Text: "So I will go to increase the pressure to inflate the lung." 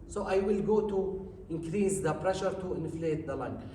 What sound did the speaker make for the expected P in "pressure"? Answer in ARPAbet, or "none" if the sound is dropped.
P